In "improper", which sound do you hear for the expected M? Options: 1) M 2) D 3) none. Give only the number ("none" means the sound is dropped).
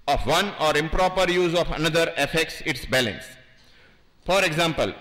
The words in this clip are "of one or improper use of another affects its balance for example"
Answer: 1